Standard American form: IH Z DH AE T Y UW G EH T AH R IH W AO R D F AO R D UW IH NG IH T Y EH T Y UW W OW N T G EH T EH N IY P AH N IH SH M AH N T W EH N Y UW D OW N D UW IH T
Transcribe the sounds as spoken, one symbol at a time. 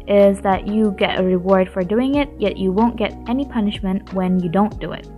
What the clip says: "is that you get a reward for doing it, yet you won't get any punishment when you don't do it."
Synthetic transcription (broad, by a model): IH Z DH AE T Y UW G EH T AH R IH W AO R D F AO R D UW IH NG IH T Y EH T Y UW W OW N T G EH T EH N IY P AH N IH SH M AH N T W EH N Y UW D OW N D UW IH T